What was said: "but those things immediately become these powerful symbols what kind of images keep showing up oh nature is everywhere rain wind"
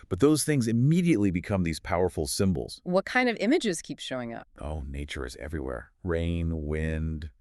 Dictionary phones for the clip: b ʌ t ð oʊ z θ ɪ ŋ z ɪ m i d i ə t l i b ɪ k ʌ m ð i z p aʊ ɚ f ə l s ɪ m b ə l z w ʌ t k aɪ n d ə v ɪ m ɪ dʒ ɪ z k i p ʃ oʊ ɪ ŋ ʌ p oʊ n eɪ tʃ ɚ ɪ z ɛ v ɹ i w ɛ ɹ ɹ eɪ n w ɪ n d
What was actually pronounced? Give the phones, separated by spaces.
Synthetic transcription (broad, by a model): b ʌ t ð oʊ z θ ɪ ŋ z ɪ m i d i ə t l i b ɪ k ʌ m ð i z p aʊ ɚ f l s ɪ m b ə l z w ʌ t k aɪ n d ə v ɪ m ɪ dʒ ɪ z k i p ʃ oʊ ɪ ŋ ʌ p oʊ n eɪ tʃ ɚ ɪ z ɛ v ɹ i w ɛ ɹ ɹ eɪ n w ɪ n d